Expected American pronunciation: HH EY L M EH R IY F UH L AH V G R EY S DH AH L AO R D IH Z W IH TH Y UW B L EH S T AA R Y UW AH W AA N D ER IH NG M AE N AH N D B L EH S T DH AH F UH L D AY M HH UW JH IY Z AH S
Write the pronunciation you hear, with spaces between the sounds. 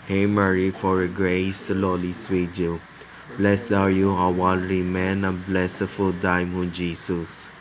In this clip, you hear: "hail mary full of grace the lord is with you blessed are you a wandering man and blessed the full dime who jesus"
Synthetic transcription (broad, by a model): HH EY M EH R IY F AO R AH G R EY S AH L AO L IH S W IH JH Y UW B L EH S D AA W Y UW AH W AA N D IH M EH N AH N B L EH S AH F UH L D AY M HH UW JH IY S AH S